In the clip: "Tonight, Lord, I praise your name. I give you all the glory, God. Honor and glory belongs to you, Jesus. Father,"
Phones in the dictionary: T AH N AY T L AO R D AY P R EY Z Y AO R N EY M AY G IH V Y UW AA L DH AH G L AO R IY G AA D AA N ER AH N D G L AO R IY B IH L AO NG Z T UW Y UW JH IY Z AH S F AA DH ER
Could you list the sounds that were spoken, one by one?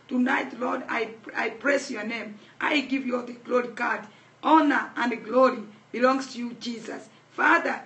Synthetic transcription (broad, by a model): T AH N AY T L AO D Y AY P R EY S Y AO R N EY M AY G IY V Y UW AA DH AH G L AO R IY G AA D AA N ER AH N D G L AO R IY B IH L AO NG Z T UW Y UW JH IY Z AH S F AA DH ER